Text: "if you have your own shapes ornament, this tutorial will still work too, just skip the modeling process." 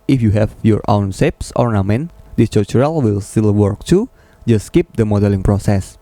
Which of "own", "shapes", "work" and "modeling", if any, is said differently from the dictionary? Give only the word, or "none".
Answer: shapes